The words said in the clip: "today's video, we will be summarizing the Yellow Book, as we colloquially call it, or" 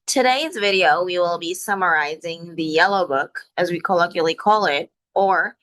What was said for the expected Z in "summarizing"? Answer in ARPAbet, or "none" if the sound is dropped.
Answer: Z